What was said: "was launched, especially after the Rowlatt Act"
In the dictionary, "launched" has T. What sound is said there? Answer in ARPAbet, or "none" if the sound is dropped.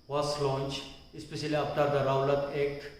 none